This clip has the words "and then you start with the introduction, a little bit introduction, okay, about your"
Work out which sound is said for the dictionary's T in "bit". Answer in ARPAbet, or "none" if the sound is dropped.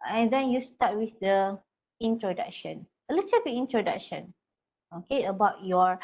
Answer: none